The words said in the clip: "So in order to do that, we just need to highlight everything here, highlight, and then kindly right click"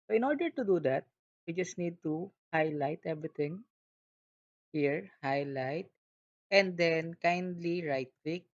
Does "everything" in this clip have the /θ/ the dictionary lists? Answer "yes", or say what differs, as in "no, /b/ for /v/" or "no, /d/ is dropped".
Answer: no, /t/ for /θ/